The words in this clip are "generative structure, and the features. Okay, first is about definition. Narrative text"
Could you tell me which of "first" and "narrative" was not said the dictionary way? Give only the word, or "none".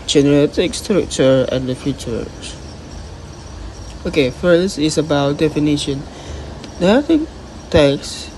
narrative